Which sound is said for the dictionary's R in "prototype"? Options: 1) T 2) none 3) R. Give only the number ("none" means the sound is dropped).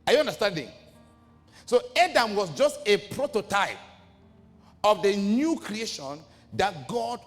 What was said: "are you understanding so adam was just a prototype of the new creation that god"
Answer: 3